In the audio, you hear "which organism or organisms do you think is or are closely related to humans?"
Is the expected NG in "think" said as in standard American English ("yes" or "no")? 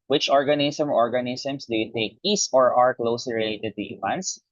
no